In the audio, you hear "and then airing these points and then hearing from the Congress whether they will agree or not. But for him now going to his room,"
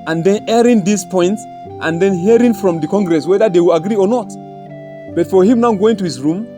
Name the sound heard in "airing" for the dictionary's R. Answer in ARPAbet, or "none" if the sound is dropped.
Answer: R